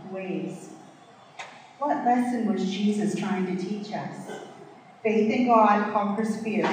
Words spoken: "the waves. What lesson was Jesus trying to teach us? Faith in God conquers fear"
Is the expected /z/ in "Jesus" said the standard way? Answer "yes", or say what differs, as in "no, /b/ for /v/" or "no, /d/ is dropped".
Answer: yes